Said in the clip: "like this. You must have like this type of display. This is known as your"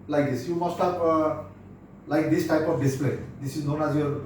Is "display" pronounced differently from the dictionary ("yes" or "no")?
no